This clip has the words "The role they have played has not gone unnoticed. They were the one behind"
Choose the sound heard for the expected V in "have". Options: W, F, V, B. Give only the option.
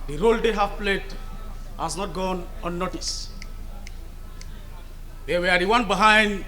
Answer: F